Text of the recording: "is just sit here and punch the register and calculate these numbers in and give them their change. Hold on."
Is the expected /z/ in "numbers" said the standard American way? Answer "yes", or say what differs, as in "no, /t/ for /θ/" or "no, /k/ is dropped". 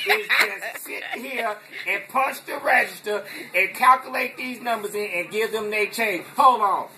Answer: yes